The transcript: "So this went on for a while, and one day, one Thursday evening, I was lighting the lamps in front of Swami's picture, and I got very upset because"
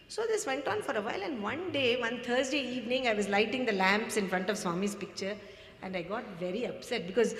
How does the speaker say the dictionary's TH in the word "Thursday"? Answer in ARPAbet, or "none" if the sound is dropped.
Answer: T